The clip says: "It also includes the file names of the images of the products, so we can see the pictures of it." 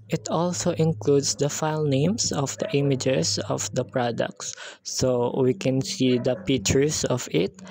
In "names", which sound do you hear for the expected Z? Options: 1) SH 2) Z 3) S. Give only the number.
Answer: 3